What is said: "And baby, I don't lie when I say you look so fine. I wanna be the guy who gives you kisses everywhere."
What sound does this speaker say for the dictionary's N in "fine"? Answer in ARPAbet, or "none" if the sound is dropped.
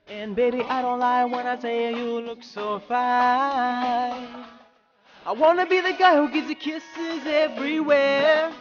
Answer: none